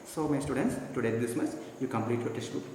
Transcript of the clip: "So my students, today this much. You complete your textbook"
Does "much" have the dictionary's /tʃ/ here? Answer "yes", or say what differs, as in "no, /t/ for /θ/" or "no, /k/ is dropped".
no, /s/ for /tʃ/